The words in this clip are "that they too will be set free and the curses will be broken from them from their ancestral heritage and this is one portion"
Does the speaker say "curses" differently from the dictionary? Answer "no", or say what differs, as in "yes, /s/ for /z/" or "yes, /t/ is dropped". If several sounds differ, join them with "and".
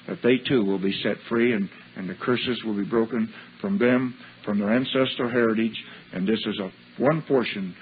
no